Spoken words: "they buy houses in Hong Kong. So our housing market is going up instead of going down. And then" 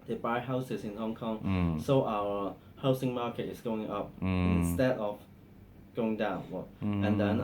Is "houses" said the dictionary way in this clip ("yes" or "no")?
no